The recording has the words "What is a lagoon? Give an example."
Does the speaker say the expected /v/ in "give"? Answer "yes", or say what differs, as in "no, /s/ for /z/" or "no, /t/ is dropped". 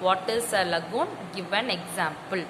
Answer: yes